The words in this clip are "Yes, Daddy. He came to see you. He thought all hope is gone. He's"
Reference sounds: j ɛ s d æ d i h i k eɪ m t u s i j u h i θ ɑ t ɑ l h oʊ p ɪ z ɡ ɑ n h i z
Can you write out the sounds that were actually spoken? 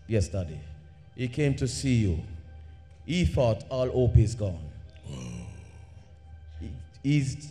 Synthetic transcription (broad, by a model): j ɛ s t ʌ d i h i k eɪ m t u s i j u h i f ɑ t ɑ l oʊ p ɪ z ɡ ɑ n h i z